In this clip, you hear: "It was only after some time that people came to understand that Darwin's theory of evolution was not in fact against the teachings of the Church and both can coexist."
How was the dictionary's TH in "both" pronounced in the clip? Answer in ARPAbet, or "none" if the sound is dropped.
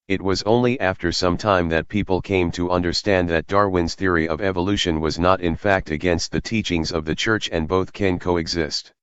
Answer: TH